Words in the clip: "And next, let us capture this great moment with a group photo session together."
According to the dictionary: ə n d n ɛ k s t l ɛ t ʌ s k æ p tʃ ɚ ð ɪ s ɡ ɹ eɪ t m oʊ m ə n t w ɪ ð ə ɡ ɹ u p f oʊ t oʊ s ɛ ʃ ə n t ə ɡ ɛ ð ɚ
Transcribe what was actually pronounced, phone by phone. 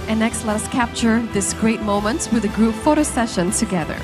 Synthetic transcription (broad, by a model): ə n n ɛ k s t l ɛ t ʌ s k æ p tʃ ɚ ð ɪ s ɡ ɹ eɪ t m oʊ m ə n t w ɪ ð ə ɡ ɹ u p f oʊ t oʊ s ɛ ʃ ə n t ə ɡ ɛ ð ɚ